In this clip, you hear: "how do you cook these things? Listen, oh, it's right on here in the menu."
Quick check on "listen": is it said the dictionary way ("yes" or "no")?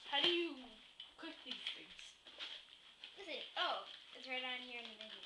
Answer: no